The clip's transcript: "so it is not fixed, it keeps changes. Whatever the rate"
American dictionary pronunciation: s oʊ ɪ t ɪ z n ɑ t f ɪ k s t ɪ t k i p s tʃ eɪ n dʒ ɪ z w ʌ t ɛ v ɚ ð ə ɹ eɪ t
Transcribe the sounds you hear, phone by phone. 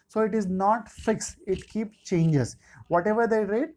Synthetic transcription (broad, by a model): s oʊ ɪ t ɪ z n ɑ t f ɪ k s ɪ t k i p s tʃ eɪ n dʒ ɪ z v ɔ t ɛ v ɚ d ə ɹ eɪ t